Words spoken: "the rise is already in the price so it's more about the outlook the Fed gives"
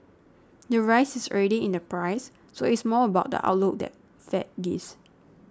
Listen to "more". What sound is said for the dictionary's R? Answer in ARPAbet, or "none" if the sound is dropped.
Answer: L